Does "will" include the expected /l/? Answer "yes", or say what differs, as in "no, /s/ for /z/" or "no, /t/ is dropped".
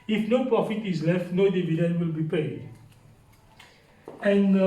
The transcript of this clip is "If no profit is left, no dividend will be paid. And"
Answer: yes